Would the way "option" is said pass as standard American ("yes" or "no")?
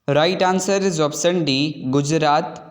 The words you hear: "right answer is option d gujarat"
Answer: no